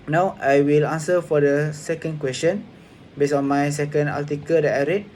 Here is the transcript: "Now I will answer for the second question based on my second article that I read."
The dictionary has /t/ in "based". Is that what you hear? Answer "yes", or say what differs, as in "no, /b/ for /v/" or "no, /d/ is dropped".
no, /t/ is dropped